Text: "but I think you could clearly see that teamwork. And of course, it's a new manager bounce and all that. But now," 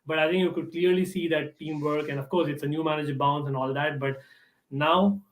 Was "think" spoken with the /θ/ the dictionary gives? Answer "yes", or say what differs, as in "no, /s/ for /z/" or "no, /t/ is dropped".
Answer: no, /t/ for /θ/